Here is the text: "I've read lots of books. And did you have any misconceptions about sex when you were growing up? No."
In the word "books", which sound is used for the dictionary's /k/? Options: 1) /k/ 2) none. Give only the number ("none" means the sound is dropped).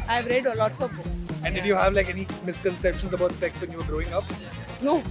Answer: 2